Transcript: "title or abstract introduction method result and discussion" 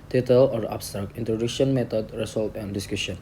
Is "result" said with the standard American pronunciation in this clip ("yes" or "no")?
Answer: no